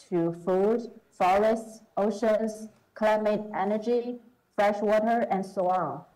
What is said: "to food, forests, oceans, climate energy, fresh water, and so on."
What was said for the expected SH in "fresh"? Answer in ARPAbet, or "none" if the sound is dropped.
SH